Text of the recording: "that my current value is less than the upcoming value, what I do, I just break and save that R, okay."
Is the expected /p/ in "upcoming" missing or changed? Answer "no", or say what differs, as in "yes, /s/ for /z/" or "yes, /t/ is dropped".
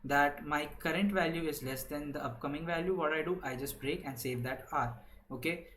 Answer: no